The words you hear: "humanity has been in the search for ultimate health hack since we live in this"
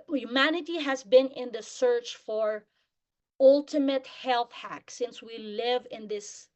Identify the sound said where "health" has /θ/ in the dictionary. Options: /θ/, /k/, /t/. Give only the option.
/θ/